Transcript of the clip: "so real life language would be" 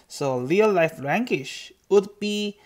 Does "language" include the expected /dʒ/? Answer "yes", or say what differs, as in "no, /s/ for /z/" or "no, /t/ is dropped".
no, /ʃ/ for /dʒ/